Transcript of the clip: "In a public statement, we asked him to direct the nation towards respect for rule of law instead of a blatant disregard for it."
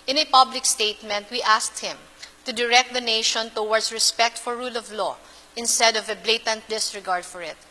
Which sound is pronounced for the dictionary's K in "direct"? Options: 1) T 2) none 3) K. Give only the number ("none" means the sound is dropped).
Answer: 3